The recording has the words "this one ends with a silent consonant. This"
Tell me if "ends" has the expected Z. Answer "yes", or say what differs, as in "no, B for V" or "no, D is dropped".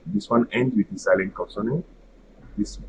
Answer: no, Z is dropped